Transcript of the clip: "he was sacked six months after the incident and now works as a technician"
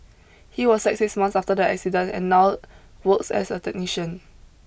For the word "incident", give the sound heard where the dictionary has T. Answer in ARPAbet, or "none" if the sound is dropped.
none